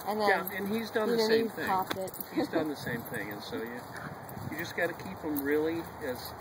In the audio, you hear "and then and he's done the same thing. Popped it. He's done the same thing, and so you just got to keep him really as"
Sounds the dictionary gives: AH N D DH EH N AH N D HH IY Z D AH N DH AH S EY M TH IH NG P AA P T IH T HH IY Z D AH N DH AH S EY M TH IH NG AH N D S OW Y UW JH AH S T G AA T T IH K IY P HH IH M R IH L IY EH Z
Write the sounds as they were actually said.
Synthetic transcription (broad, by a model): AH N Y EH AH N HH IY Z D AH N DH AH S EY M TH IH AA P IH T HH IY Z D AH N DH AH S EY M TH IH NG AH N S OW Y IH JH AH S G AA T T IH K IY P HH IH M R IH L IY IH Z